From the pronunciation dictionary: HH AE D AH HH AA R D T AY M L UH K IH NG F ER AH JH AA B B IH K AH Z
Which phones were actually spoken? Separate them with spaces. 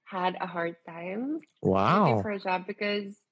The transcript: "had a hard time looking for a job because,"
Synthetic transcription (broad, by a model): HH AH D AH HH AA R D T AY M W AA IH F ER AH JH AA B B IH K AH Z